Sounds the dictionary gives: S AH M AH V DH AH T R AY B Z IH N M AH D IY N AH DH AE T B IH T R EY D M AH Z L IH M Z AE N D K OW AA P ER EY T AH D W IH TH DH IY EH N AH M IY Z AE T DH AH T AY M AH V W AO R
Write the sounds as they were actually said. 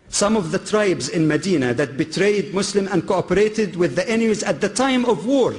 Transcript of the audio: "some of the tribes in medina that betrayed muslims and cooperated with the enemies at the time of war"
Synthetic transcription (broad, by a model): S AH M AH V DH AH T R AY B Z IH N M AH D IY N AH DH AE T B IH T R EY D M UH S L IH M AE N D K OW AA P ER EY T AH D W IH DH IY EH N AH M IY Z AE T DH AH T AY M AH V W AO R